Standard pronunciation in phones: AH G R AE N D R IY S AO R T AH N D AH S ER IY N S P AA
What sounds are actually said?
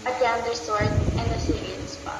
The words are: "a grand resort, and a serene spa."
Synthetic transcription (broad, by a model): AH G AE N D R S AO R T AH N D AH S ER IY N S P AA